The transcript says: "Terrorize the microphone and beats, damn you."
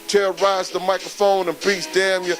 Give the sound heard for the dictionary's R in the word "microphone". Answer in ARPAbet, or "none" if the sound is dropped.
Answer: R